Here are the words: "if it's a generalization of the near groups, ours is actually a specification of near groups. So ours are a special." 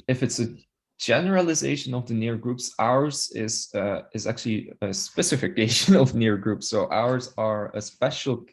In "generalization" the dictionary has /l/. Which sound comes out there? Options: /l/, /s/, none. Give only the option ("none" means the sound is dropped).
/l/